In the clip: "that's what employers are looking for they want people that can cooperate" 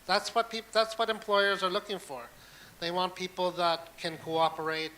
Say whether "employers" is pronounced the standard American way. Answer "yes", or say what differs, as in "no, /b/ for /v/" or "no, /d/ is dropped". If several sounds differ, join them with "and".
yes